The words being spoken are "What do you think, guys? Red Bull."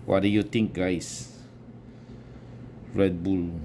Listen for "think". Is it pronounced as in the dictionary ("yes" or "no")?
no